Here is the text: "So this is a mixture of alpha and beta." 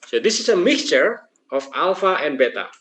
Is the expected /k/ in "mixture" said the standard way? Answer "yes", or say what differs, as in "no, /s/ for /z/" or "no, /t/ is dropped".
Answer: yes